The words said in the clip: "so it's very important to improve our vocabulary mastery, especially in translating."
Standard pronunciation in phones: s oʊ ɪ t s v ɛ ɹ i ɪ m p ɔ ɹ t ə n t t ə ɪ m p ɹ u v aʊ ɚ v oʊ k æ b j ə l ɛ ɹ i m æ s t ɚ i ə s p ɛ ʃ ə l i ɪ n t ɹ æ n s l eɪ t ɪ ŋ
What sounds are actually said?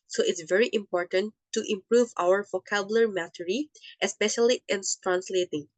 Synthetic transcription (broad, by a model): s oʊ ɪ t s v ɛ ɹ i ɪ m p ɔ ɹ t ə n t t ɪ m p ɹ u v aʊ ɚ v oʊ k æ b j l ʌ ɹ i m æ t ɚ i ə s p ɛ ʃ ə l i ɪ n t ɹ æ n s l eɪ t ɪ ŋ